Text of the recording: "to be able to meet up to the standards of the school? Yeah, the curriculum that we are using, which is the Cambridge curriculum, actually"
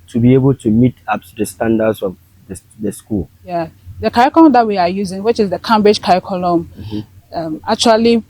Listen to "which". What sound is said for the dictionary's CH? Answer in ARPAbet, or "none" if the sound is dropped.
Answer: CH